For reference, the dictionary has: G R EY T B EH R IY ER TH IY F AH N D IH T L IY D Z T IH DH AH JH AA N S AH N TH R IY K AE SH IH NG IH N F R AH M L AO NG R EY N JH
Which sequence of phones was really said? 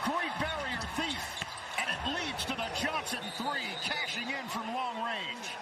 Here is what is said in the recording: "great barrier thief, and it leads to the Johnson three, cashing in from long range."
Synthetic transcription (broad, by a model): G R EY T B EH R IY ER TH IY F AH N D IH T L IY D Z T IH DH AH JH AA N S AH N TH R IY K AE SH IH NG IH N F R AH M L AO NG R EY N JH